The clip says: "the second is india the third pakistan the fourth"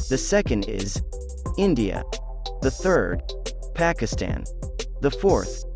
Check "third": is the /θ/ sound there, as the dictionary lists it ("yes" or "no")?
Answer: yes